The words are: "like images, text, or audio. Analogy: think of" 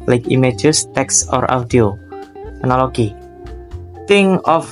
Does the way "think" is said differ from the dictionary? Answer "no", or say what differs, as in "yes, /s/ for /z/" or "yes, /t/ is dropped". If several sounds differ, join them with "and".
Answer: yes, /t/ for /θ/ and /k/ is dropped